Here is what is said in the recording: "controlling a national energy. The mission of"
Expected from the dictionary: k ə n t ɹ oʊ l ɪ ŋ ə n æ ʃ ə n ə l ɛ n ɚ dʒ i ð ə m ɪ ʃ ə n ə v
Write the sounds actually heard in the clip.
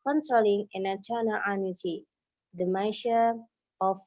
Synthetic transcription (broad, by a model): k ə n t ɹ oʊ l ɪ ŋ ə n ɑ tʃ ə n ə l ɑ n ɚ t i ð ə m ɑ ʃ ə ə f